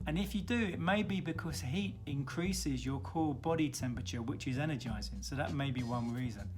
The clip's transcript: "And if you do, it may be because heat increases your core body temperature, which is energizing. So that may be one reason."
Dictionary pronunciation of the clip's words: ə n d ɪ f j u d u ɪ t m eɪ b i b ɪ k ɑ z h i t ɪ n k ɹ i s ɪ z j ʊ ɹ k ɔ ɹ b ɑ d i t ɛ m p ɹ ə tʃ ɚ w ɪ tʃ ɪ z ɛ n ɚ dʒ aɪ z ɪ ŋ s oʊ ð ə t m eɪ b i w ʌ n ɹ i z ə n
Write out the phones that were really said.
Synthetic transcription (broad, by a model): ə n ɪ f j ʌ d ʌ ɪ t m eɪ b i b ɪ k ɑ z h i t ɪ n k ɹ i s ɪ z j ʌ k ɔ l b ɑ d i t ɛ m p ɹ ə tʃ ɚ w ɪ tʃ ɪ z ɛ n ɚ dʒ aɪ z ɪ ŋ s oʊ ð ə t m eɪ b i w ʌ n ɹ i z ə n